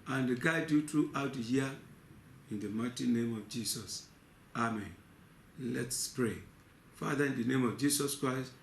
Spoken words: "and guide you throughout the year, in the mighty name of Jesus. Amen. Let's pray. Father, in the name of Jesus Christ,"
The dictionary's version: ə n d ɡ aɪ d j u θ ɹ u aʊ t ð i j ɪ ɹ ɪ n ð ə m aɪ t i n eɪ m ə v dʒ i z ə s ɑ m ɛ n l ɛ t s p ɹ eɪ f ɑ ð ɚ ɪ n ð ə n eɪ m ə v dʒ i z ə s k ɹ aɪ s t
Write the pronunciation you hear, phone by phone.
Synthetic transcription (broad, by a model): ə n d ɡ aɪ d j u t ɹ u aʊ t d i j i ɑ ɪ n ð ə m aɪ t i n eɪ m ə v dʒ i s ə s ɑ m ɛ n l ɛ t s p ɹ eɪ f ɑ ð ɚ ɪ n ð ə n eɪ m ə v dʒ i s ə s k ɹ aɪ s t